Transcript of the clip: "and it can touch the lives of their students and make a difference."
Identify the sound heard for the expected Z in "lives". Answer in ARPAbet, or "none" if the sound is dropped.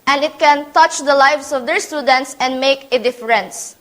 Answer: S